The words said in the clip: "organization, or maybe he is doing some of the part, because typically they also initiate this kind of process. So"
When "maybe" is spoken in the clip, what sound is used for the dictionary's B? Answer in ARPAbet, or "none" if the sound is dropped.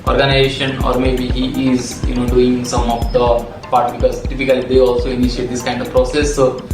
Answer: B